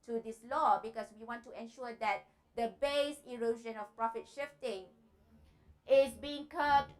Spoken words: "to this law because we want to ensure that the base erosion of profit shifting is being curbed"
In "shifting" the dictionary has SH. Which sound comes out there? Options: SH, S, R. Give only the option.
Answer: SH